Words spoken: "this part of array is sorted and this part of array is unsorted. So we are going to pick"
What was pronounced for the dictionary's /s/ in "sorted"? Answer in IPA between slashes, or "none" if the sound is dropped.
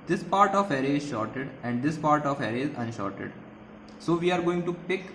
/ʃ/